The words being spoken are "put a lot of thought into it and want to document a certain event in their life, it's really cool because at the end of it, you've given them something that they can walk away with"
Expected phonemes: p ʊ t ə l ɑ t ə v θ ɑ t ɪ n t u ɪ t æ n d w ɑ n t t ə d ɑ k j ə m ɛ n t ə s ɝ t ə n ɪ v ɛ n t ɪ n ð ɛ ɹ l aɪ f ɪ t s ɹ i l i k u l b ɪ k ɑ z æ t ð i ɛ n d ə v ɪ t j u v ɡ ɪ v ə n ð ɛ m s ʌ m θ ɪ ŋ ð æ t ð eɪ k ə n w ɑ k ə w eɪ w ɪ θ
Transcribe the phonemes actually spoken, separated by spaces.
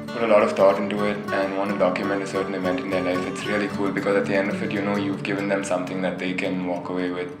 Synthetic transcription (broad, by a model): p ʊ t ə l ɑ t ə v t ɑ t ɪ n t u ɪ t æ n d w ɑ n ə d ɑ k j ə m ɛ n t ə s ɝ t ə n ɪ v ɛ n t ɪ n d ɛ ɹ l aɪ f ɪ t s ɹ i l i k u l b ɪ k ɑ z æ t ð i ɛ n d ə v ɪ t j u v ɡ ɪ v ə n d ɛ m s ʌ m t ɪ ŋ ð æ t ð eɪ k ə n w ɑ k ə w eɪ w ɪ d